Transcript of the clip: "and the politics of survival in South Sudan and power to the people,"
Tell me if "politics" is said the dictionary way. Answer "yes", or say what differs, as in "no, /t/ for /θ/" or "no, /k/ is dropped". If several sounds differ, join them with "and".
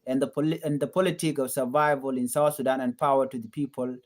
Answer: no, /s/ is dropped